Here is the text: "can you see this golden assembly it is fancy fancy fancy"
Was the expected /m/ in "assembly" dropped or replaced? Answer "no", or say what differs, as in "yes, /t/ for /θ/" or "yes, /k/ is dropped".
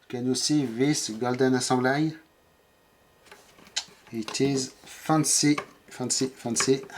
yes, /m/ is dropped